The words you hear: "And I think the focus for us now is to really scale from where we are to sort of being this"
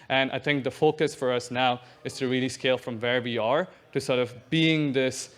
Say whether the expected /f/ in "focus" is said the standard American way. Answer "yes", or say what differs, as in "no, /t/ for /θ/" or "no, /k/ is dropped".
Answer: yes